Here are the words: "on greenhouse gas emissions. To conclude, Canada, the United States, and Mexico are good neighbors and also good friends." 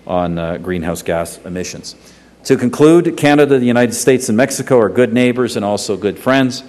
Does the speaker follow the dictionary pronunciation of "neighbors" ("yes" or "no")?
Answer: yes